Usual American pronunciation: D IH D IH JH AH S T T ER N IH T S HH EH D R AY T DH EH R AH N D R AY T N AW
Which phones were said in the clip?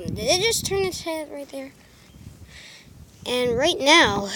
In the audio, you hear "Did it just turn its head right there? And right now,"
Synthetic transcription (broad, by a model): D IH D IH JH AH S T T ER N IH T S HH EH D R AY T DH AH R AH N R AY T N AW